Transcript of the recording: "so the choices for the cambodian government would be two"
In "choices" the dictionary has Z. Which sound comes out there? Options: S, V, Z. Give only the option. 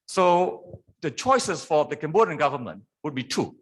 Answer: S